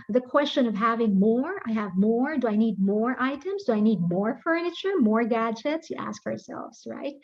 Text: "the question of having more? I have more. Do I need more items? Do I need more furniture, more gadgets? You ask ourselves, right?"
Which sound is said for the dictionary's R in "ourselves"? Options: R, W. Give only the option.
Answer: R